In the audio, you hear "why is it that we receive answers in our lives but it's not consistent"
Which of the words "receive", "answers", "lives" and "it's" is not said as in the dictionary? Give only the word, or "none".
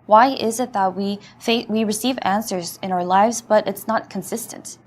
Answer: none